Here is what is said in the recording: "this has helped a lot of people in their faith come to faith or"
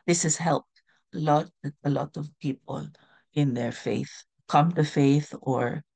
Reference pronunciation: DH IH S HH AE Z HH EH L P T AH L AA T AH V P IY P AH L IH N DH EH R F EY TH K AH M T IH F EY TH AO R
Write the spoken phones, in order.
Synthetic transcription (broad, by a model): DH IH S HH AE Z HH EH L P T AH L AA T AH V P IY P AH L IH N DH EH R F EY TH K AH M T IH F EY TH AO R